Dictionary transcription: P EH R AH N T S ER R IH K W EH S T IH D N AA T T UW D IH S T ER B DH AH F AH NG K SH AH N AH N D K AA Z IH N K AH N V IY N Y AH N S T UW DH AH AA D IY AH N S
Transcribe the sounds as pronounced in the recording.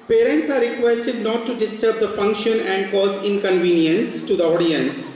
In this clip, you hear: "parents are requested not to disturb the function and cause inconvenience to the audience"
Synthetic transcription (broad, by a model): P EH R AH N T S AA R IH K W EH S T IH D N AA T T UW D IH S T ER B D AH F AH NG K SH AH N AH N D K AA Z IH N K AH N V IY N Y AH N S T UW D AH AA D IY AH N S